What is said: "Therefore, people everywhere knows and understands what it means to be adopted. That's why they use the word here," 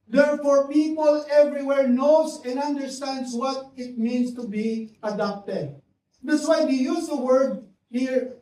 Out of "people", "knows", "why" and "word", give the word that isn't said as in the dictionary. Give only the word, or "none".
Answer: knows